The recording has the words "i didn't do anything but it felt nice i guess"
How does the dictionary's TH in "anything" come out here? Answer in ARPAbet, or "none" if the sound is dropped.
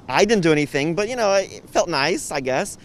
TH